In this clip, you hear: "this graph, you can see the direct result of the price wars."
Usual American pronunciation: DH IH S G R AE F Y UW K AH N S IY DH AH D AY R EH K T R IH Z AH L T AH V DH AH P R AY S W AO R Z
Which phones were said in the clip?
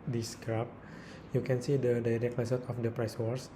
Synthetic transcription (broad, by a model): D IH S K R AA P Y UW K AH N S IY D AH D AY R EH K T L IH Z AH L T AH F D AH P R AY S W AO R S